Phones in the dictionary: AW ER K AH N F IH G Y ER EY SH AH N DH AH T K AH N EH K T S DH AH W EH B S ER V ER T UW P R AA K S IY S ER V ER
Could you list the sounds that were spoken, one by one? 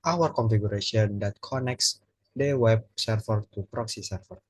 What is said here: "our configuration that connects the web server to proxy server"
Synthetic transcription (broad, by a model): AW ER K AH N F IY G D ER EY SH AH N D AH T K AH N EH K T S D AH W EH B S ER F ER T UW P R AA K S IY S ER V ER